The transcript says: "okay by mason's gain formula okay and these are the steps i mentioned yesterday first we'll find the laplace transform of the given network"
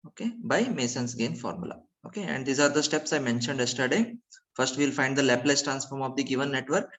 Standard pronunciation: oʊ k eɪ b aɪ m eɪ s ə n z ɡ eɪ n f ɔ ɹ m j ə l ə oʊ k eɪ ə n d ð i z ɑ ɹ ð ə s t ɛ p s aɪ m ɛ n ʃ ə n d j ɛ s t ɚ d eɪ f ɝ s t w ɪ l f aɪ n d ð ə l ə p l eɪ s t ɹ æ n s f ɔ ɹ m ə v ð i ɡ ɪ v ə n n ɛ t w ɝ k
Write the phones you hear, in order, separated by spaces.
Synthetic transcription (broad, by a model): oʊ k eɪ b aɪ m eɪ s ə n s ɡ eɪ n f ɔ ɹ m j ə l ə oʊ k eɪ ə n d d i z ɑ ɹ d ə s t ɛ p s aɪ m ɛ n ʃ ə n d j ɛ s t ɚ d eɪ f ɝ s t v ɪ l f aɪ n d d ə l ə p l eɪ s t ɹ æ n s f ɔ ɹ m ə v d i ɡ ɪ v ə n n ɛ t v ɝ k